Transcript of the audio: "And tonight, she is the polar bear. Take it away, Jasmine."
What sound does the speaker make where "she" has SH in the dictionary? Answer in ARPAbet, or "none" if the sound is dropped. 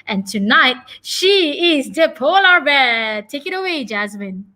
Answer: SH